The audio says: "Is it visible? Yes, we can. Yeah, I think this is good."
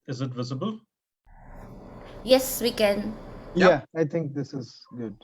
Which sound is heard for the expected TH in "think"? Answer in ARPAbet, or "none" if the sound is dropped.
T